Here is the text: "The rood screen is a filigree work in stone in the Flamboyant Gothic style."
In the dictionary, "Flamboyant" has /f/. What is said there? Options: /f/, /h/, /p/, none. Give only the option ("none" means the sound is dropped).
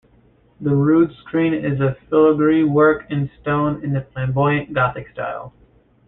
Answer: /p/